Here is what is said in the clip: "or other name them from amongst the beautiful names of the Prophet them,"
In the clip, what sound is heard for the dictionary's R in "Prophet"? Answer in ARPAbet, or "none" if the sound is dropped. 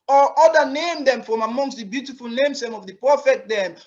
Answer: none